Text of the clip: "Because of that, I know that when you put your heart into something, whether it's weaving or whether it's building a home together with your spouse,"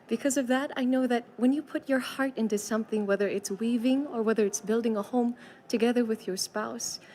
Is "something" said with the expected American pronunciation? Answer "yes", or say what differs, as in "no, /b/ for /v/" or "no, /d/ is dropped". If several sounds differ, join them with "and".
yes